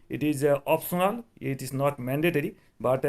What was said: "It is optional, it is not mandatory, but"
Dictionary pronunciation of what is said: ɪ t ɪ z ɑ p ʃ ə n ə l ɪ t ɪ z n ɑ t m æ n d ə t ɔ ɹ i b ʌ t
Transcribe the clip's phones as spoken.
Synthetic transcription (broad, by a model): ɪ t ɪ z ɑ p s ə n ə l ɪ t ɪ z n ɑ t m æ n d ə t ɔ ɹ i b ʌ t